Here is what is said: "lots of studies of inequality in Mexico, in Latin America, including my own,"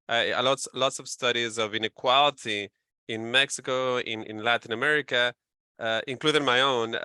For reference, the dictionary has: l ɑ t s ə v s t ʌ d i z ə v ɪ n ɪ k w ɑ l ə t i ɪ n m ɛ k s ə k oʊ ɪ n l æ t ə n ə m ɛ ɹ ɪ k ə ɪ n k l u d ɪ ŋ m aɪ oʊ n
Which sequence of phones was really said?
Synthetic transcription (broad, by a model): l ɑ t s ə v s t ʌ d i z ə v ɪ n ɪ k w ɑ l ə t i ɪ n m ɛ k s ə k oʊ ɪ n l æ t ə n ə m ɛ ɹ ɪ k ə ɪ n k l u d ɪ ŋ m aɪ oʊ n